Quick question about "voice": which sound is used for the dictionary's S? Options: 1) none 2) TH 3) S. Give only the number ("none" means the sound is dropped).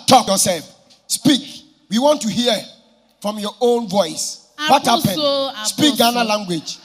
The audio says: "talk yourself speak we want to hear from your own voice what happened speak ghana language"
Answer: 3